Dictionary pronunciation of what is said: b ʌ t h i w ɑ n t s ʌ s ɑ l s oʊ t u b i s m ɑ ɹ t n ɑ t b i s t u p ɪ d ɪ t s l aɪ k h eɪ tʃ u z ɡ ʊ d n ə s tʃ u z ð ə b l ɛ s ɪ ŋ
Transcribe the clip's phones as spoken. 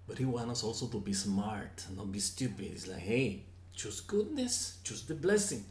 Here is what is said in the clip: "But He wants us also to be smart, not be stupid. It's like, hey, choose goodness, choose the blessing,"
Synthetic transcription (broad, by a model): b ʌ t h i w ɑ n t ʌ s ɑ l s oʊ t u b i s m ɑ ɹ t n ɑ t b i s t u p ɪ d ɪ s l aɪ k h eɪ tʃ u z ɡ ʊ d n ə s tʃ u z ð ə b l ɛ s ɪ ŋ